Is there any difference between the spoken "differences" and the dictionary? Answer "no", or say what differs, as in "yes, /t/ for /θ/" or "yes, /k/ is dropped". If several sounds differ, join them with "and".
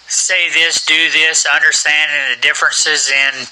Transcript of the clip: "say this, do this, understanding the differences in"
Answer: no